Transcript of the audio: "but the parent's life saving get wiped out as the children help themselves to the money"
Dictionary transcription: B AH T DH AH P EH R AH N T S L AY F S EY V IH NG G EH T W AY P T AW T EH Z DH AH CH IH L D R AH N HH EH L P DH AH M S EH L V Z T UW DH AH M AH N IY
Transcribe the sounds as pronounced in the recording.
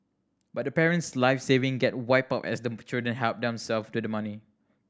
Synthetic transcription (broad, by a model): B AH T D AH P EH R AH N T S L AY F S EY V IH NG G EH T W AY P AW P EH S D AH CH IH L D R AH N HH EH L P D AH M S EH L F T UW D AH M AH N IY